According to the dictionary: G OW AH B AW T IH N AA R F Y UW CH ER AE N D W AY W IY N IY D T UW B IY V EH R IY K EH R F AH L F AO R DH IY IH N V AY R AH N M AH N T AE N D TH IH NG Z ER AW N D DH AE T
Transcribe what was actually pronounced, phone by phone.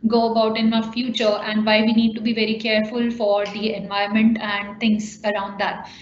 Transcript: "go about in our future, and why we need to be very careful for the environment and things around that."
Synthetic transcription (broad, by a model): G OW AH B AW T IH N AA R F Y UW CH ER AE N D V AY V IY N IY D T UW B IY V EH R IY K EH R F AH L F AO R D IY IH N V AY AH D M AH N T AE N D T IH NG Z ER AW N D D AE T